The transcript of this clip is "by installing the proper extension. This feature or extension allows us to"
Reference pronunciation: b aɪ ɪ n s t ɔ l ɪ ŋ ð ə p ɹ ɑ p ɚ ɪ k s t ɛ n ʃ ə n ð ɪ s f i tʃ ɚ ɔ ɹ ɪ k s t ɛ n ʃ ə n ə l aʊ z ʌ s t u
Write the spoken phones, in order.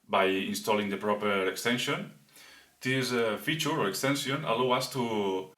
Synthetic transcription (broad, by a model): b aɪ ɪ n s t ɔ l ɪ ŋ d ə p ɹ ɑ p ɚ ɪ k s t ɛ n ʃ ə n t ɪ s f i tʃ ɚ ɔ ɹ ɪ k s t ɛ n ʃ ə n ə l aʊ ʌ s t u